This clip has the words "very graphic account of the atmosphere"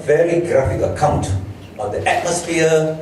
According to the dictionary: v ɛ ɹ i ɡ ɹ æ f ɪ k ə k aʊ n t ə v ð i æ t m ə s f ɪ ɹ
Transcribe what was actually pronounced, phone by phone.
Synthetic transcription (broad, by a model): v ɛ ɹ i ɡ ɹ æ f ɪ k ə k aʊ n t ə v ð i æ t m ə s f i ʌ